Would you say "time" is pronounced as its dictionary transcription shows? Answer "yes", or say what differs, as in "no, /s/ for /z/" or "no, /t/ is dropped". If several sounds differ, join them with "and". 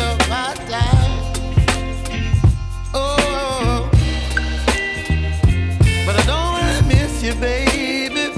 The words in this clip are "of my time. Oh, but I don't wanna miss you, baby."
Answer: no, /m/ is dropped